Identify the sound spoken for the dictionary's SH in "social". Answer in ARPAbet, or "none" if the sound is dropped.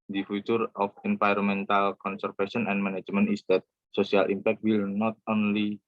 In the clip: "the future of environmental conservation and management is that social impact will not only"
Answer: S